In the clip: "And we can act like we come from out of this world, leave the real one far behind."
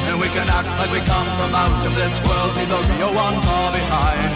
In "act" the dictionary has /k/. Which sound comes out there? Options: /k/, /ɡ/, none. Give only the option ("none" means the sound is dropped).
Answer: /k/